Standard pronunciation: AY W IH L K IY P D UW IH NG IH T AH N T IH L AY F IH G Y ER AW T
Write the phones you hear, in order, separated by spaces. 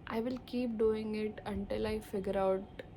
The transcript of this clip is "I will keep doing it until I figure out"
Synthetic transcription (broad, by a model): AY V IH L K IY P D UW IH NG IH T AH N T IH L AY F IH G Y ER AW T